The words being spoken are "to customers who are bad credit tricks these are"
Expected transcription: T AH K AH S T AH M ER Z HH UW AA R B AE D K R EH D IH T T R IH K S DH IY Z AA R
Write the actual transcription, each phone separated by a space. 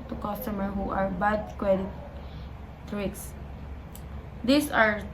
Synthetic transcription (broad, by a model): T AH K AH S T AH M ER HH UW AA R B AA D K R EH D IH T T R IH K S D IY S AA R